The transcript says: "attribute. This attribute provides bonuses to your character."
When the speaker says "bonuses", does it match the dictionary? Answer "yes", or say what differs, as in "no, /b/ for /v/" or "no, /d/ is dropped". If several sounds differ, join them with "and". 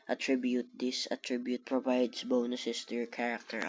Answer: no, /s/ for /z/